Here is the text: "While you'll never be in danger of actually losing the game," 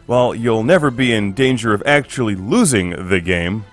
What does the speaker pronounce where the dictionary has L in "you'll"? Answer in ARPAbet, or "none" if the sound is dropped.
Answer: L